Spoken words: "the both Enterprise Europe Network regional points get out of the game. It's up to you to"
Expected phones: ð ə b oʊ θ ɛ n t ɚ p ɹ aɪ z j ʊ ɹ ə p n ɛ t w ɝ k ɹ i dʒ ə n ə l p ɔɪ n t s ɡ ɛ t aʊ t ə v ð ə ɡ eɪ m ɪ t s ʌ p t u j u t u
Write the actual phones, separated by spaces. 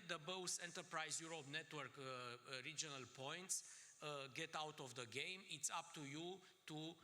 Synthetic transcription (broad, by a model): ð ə b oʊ s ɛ n t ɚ p ɹ aɪ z j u ɹ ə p n ɛ t w ɝ k ɹ i dʒ ə n ə l p ɔɪ n t s ɡ ɛ t aʊ t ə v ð ə ɡ eɪ m ɪ t s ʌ p t u j u t u